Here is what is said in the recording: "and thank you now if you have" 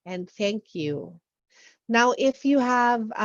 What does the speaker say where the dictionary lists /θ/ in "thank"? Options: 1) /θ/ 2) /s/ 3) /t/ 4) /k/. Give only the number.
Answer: 1